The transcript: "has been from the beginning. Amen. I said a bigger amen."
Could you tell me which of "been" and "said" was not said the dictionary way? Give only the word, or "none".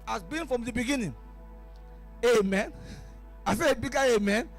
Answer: said